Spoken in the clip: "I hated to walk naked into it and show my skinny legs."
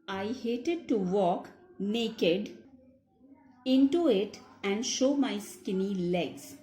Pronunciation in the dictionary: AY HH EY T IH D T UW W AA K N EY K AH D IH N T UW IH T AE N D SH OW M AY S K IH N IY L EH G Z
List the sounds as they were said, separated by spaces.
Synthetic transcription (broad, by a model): AY HH EY T IH D T UW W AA K N EY K AH D IH N T UW IH T AE N D SH OW M AY S K IH N IY L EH G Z